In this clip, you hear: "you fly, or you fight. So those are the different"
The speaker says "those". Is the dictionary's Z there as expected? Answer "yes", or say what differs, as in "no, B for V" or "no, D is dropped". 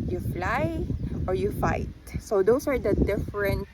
no, S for Z